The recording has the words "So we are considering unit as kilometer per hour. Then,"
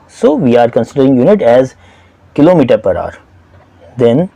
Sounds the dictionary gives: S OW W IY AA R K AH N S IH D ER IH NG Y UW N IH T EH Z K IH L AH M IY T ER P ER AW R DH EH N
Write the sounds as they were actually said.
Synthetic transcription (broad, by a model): S OW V IY AA R K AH N S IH D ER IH NG Y UW N IH T EH Z K IH L AH M IY T ER P ER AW R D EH N